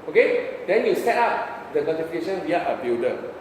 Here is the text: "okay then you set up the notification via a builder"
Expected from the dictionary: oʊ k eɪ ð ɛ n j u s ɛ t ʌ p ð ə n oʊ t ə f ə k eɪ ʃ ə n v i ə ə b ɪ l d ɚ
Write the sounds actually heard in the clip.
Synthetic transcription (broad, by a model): oʊ k eɪ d ɛ n j u s ɛ t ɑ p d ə n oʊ t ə f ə k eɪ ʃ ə n w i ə ə b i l d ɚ